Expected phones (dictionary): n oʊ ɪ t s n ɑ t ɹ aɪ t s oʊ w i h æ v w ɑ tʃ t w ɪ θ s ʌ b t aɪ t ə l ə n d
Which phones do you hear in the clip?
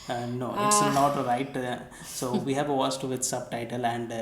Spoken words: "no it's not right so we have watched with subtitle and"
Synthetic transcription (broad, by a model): n oʊ ɪ t s n ɑ t ɹ aɪ t s oʊ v i h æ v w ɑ s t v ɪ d s ʌ b t aɪ t ə l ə n d